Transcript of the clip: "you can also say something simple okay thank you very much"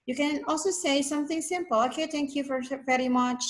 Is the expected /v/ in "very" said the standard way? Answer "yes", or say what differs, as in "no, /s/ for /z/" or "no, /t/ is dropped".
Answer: no, /f/ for /v/